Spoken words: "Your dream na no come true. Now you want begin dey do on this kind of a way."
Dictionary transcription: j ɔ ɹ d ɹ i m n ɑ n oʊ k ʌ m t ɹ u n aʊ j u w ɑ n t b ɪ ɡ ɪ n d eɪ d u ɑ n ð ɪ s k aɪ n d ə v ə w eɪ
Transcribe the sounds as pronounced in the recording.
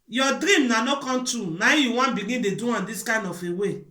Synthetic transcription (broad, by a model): j ɔ d ɹ i m n ɑ n oʊ k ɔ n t u n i j u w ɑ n b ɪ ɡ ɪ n d eɪ d u ɑ n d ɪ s k aɪ n d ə f ə w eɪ